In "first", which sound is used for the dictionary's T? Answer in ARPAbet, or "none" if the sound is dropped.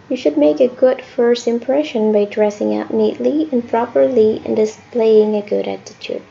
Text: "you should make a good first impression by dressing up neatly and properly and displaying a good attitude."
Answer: T